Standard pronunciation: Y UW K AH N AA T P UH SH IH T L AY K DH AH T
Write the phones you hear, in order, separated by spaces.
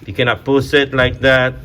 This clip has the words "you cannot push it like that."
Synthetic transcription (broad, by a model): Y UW K AH N AA T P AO S IH T L AY K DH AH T